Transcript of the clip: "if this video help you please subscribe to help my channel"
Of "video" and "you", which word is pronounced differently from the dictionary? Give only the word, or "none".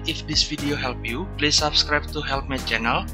video